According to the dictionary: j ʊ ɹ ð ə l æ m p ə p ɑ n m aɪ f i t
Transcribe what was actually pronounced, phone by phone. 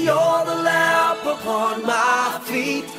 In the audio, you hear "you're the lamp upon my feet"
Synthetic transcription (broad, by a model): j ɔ ð ə l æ p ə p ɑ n m aɪ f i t